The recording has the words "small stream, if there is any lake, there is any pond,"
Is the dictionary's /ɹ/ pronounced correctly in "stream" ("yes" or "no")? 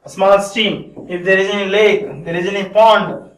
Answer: no